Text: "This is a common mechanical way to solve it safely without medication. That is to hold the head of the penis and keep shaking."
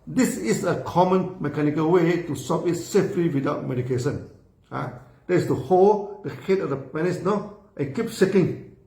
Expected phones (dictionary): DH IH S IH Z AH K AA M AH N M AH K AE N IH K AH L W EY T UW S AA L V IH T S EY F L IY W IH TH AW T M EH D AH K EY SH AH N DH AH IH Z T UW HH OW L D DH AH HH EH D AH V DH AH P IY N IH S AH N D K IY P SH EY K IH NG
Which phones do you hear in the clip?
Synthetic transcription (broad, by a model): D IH S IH S AH K AA M AH N M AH K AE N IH K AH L W EY T UW S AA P IH T S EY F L IY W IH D AW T M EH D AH K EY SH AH N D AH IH S T UW HH OW L D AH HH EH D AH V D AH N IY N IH AH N K IY P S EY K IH NG